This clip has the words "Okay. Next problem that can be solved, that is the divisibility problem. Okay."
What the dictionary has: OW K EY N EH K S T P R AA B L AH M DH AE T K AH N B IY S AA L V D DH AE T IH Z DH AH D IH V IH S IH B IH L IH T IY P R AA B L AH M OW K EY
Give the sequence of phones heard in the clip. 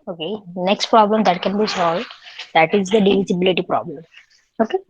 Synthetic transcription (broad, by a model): OW K EY N EH K S T P R AA B L AH M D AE T K AH N B IY S AA L V D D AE T IH Z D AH D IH V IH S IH B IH L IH T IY P R AA B L AH M OW K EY